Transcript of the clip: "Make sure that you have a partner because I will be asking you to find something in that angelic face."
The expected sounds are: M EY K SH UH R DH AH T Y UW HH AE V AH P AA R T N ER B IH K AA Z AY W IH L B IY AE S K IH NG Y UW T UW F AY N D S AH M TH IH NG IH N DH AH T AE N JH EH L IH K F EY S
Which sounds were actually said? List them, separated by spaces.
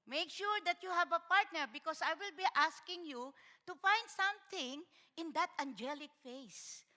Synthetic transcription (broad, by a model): M EY K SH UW R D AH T Y UW HH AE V AH P AA R T N ER B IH K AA S AY W IH L B IY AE S K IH NG Y UW T UW F AY N D S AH M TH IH NG IH N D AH T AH N JH EH L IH K F EY S